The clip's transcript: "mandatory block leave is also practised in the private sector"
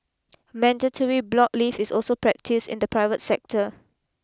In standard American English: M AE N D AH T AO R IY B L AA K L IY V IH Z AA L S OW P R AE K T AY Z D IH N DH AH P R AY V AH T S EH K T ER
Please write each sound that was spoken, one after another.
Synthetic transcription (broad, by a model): M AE N D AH T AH R IY B L AA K L IY F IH S AA L S OW P R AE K T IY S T IH N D AH P R AY V AH T S EH K T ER